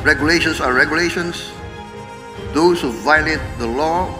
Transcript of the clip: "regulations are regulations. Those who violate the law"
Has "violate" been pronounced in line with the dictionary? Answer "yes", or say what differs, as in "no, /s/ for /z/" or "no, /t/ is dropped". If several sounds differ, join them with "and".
yes